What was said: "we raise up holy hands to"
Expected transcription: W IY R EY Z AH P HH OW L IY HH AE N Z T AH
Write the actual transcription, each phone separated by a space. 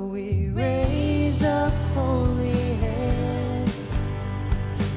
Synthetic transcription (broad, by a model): W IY R EY Z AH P HH OW L IY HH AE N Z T